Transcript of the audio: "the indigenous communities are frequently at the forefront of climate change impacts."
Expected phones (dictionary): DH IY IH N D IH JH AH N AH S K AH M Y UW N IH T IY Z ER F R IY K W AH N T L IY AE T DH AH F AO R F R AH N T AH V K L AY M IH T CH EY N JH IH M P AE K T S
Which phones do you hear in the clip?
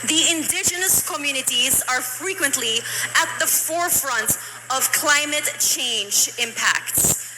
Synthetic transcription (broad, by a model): DH IY IH N D IH JH AH N AH S K AH M Y UW N IH T IY Z ER F R IY K W AH N T L IY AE T DH AH F AO R F R AH N T AH V K L AY M IH T CH EY N JH IH M P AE K T S